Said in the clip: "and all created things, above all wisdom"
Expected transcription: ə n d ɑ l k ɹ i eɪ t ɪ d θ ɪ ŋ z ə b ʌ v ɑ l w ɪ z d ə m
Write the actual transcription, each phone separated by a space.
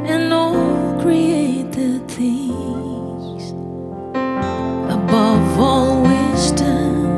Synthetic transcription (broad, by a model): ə n ɑ l k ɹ i eɪ t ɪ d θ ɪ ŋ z ə b ʌ v ɑ l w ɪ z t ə